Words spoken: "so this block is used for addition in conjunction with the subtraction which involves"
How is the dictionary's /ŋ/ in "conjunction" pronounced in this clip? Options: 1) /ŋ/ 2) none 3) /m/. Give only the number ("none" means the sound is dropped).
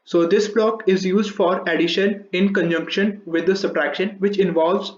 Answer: 1